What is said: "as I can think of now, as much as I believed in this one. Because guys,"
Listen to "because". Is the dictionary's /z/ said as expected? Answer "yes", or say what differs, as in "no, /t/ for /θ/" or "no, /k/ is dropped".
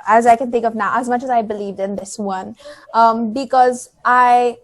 yes